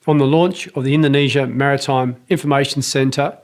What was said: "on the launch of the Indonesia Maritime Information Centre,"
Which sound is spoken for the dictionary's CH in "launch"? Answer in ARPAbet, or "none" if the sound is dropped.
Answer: CH